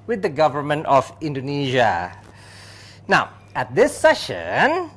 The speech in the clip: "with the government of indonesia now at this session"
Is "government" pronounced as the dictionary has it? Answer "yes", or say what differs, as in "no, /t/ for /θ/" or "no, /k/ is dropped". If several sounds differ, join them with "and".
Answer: yes